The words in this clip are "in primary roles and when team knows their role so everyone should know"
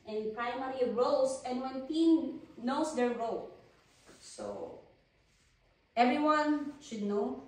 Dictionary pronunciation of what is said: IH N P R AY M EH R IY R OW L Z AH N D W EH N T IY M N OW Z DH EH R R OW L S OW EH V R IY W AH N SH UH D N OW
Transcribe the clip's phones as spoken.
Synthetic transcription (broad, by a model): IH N P R AY M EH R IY R OW L S AH N D W EH N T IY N N OW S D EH R R OW L S OW EH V R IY W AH N SH UH D N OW